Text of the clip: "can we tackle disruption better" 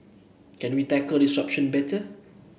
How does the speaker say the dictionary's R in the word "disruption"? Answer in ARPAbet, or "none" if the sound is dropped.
none